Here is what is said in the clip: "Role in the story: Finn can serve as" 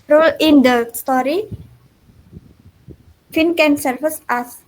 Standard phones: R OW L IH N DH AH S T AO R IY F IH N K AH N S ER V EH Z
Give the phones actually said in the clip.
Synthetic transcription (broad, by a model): R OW L IH N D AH S T AO R IY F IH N K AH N S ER F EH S